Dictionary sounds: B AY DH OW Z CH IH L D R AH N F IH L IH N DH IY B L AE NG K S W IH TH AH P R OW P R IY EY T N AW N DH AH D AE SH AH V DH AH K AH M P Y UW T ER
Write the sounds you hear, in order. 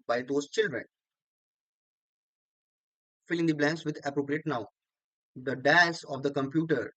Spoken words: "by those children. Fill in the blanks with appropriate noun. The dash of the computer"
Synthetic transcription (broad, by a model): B AY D OW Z CH IH L D R AH N F IH L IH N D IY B L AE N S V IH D AH P R OW P R IY EY T N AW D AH D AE S AH V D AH K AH M P Y UW T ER